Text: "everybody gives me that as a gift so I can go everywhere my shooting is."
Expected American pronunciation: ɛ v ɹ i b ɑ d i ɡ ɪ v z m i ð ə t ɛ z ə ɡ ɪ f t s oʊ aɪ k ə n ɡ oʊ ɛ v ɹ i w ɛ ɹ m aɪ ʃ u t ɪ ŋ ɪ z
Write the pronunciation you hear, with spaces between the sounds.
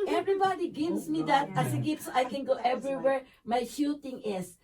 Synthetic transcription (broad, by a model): ɛ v ɹ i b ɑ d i ɡ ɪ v s m i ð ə t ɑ s ə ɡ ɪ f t s oʊ aɪ k ə n ɡ oʊ ɛ v ɹ i w ɛ ɹ m aɪ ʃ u t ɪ ŋ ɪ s